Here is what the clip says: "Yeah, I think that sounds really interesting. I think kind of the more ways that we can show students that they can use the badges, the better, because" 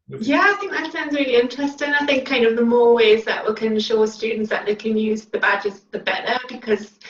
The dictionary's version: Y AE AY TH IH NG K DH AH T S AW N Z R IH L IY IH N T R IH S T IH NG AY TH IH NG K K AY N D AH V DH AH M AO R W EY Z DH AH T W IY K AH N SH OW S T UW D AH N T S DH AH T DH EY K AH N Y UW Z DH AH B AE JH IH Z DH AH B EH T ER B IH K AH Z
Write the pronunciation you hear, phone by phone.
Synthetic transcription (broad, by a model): Y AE AY TH IH NG K DH AH T S AW N Z R IH L IY IH N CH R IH S T IH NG AY TH IH NG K K AY N D AH V DH AH M AO R W EY Z DH AH T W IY K AH N SH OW S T UW D N T S DH AH T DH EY K AH N Y UW Z DH AH B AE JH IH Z DH AH B EH T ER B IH K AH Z